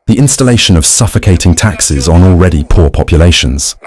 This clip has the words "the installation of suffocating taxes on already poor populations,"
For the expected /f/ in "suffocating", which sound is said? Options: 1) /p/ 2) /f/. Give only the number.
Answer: 2